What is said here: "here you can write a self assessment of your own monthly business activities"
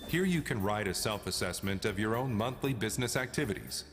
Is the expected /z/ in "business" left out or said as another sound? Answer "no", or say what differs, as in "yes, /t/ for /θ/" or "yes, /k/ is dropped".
no